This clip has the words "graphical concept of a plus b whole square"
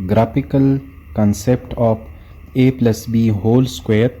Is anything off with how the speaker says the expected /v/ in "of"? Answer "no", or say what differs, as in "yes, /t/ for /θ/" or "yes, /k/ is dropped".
yes, /p/ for /v/